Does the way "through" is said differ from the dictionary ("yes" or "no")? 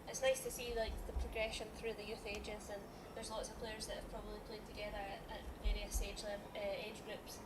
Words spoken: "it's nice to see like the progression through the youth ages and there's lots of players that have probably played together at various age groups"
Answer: no